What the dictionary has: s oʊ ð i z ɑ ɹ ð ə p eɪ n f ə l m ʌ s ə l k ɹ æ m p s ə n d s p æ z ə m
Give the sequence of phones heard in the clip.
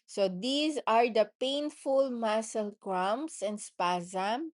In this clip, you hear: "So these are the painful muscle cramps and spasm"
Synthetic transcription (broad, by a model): s oʊ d i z ɑ ɹ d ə p eɪ n f ə l m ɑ s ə l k ɹ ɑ m s ə n d s p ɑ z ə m